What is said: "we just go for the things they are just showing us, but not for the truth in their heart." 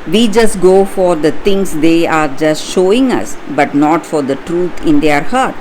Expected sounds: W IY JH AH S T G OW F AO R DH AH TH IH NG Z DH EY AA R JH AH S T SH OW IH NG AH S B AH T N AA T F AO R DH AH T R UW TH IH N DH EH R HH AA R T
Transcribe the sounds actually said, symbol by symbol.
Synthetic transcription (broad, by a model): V IY JH AH S T G OW F AO R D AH T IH NG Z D EY AA R JH AH S T SH OW IH NG AH S B AH T N AA T F AO R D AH T R UW T IH N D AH R HH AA R T